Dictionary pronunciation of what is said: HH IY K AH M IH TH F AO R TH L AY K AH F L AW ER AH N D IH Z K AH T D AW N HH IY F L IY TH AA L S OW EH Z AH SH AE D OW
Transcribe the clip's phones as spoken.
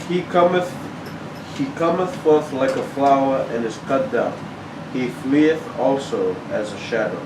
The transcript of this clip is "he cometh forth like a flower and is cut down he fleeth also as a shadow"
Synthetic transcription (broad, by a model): HH IY K AH M IH TH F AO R TH L AY K AH F L AW ER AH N IH Z K AH T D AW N HH IY F L IY TH AA L S OW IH Z AH SH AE D OW